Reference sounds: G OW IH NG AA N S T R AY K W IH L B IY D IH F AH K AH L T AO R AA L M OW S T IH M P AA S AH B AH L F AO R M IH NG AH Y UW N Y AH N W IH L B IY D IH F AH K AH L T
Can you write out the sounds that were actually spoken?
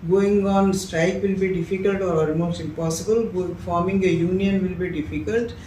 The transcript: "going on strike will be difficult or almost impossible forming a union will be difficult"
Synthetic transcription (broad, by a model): G OW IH NG AA N S T R AY K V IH L B IY D IH F AH K AH L T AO R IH M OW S IH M P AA S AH B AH L F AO R M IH NG AH Y UW N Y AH N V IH L B IY D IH F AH K AH L T